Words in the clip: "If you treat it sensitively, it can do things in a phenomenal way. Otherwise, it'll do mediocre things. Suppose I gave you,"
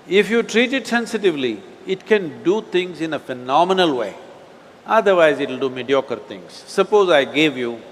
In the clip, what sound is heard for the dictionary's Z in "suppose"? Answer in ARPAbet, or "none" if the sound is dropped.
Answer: Z